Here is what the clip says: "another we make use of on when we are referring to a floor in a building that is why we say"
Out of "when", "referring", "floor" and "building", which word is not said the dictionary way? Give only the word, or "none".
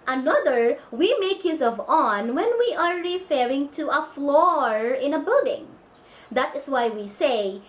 none